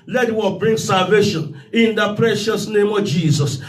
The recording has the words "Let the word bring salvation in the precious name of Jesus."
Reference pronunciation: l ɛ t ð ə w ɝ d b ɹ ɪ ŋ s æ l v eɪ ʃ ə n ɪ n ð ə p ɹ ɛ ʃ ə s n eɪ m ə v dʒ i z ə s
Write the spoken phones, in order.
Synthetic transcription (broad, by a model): l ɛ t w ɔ b ɹ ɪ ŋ s æ l v eɪ ʃ ə n ɪ n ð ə p ɹ ɛ ʃ ə s n eɪ m ə v dʒ i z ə s